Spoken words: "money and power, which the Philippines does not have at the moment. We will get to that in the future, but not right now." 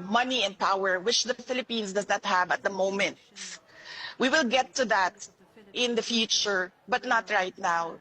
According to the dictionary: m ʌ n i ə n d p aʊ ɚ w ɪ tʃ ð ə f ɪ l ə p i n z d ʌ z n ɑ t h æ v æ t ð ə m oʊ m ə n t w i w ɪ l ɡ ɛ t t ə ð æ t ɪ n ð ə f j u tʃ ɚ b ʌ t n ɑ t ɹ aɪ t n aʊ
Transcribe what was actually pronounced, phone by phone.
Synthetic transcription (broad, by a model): m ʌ n i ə n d p aʊ ɚ w ɪ tʃ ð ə f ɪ l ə p i n s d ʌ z n ɑ t h æ v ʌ t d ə m oʊ m ə n t w i w ɪ l ɡ ɛ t t ə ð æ t ɪ n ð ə f j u tʃ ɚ b ʌ t n ɑ t ɹ aɪ t n aʊ